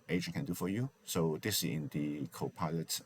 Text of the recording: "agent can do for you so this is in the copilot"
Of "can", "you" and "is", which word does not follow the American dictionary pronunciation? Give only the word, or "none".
is